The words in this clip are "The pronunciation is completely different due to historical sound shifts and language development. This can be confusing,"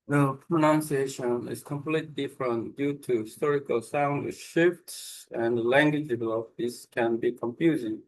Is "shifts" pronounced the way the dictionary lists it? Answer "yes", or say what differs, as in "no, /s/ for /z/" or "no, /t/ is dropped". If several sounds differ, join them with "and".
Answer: yes